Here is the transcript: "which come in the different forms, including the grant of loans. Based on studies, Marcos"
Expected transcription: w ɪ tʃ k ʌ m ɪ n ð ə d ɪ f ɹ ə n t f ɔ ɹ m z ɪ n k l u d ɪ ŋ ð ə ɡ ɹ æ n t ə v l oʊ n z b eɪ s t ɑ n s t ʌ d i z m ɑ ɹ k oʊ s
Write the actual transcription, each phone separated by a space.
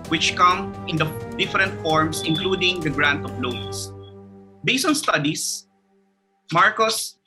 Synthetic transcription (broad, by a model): w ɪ tʃ k ʌ m ɪ n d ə d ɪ f ɹ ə n t f ɔ ɹ m s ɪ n k l u d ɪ ŋ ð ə ɡ ɹ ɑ n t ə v l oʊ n s b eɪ s ɑ n s t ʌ d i s m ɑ ɹ k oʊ s